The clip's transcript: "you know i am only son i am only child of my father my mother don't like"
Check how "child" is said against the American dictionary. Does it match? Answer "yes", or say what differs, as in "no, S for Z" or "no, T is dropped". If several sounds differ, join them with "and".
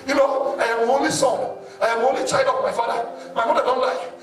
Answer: no, L is dropped